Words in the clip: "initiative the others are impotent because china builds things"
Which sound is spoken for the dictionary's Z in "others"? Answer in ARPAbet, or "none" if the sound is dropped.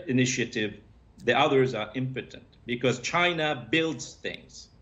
Z